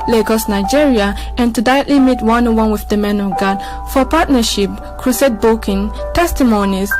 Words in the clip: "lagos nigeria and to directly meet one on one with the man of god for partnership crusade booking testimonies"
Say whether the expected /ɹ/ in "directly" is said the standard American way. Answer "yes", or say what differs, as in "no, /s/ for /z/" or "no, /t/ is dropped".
no, /ɹ/ is dropped